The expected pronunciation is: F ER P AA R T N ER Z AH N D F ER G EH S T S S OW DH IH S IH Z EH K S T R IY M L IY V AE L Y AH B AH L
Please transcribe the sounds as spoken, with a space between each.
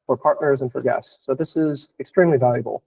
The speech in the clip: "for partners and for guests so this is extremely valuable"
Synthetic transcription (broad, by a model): F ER P AA R T N ER Z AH N F ER G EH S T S S OW DH IH S IH Z EH K S T R IY M L IY V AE L Y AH B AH L